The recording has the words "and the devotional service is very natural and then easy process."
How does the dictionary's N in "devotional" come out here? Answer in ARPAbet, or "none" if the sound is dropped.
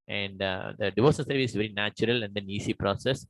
none